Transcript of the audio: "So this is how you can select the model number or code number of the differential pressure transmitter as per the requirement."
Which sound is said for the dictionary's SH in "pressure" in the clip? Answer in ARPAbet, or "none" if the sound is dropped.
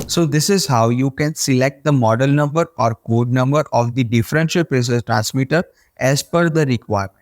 S